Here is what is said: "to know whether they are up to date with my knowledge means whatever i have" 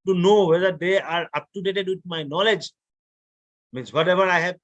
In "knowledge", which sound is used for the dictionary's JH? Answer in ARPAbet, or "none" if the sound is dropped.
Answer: JH